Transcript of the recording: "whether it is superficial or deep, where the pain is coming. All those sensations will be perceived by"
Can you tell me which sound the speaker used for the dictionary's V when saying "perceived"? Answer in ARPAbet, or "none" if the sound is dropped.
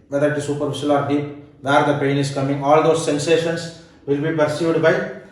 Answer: none